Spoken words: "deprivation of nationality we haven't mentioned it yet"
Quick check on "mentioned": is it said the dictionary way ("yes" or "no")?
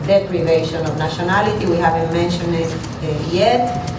no